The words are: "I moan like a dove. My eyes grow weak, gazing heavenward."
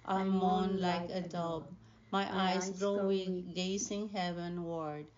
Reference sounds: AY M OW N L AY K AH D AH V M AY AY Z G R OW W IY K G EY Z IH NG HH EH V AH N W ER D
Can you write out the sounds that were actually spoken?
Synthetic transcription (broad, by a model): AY M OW N L AY K AH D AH B M AY AY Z G R OW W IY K G EY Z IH NG HH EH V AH N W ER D